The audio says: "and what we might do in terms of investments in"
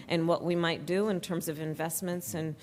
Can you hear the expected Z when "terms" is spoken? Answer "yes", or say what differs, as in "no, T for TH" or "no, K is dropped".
yes